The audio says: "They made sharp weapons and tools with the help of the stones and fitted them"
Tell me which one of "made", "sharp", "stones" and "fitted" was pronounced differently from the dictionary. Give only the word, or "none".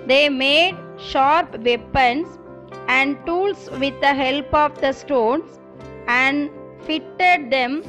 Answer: stones